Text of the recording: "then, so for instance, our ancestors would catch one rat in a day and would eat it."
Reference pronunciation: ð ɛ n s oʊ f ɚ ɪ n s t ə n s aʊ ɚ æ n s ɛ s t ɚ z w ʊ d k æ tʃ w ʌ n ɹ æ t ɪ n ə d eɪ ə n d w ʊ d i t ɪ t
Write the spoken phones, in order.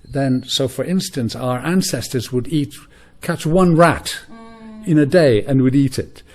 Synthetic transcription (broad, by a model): ð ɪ n s oʊ f ɚ ɪ n s t ə n s aʊ ɚ æ n s ɛ s t ɚ z w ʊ d k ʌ tʃ w ʌ n ɹ æ t ɪ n ə d eɪ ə n w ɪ d i t ɪ t